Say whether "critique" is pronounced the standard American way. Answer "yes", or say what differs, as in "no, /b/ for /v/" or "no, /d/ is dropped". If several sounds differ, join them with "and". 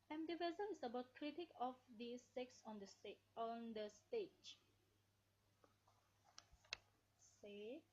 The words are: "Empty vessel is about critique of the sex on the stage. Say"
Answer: yes